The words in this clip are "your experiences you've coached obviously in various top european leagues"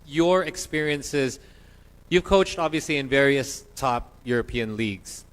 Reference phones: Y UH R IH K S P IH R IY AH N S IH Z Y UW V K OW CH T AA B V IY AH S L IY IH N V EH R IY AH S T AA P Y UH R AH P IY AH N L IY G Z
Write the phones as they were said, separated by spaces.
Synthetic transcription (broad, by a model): Y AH R IH K S P IH R IY AH N S IH Z Y UW V K OW CH T AA B V IY AH S L IY IH N V EH R IY AH S T AA P Y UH R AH P IY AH N L IY G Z